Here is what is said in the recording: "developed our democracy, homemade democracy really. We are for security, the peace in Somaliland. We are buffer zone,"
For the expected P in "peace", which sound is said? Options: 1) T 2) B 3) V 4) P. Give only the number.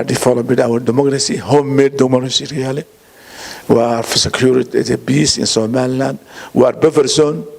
2